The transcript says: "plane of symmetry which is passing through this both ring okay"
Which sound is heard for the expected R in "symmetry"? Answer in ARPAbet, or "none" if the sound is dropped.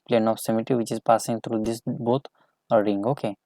none